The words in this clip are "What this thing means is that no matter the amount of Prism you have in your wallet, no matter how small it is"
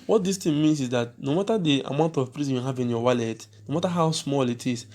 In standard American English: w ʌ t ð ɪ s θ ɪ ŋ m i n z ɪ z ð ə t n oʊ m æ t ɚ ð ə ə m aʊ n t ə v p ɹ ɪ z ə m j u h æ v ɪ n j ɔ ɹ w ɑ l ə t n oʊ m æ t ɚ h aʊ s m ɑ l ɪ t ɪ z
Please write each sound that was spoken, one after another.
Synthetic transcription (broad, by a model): w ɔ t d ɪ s t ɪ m i n s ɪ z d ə t n oʊ m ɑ t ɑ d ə ə m aʊ n t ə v p ɹ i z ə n h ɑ v ɪ n j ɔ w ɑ l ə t n oʊ m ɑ t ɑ h aʊ s m ɑ l ɪ t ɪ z